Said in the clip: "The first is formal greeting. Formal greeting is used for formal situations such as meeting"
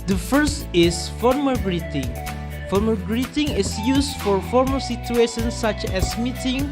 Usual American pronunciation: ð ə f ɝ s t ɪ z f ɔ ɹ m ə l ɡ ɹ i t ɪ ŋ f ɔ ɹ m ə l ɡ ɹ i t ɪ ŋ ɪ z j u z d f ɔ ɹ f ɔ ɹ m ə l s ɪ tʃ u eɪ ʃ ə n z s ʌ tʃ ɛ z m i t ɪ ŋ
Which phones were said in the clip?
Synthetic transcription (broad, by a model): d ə f ɝ s t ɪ s f ɔ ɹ m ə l ɡ ɹ i t ɪ ŋ f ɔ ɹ m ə ɡ ɹ i t ɪ ŋ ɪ s j u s f ɔ ɹ f ɔ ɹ m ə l s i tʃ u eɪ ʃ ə n s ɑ tʃ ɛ s m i t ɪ ŋ